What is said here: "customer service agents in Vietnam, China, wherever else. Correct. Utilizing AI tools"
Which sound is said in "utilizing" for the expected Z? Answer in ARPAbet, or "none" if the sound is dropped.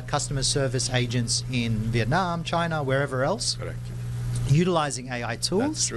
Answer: Z